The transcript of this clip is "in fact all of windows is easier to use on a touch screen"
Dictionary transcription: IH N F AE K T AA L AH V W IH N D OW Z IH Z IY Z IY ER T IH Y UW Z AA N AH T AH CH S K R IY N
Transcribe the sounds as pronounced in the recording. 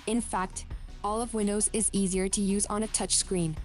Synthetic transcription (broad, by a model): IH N F AE K T AA L AH V W IH N D OW Z IH Z IY Z IY ER T IH Y UW Z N AH T AH CH S K R IY N